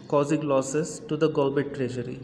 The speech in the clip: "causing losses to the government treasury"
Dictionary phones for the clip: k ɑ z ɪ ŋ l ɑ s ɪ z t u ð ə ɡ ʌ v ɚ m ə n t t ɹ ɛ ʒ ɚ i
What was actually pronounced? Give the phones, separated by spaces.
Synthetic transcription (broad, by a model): k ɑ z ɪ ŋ l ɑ s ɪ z t u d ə ɡ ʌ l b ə t t ɹ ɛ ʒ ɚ i